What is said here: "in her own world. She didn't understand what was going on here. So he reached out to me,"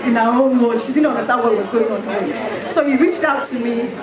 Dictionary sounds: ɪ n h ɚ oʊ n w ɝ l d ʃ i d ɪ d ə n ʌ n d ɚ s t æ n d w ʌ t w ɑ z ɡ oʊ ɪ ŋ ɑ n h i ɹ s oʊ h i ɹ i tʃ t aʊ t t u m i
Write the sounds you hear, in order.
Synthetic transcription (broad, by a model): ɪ n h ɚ oʊ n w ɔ d ʃ i d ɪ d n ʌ n d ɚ s t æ n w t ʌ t w ɑ z ɡ oʊ ɪ ŋ ɑ n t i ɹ s oʊ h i ɹ i tʃ t aʊ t t u m i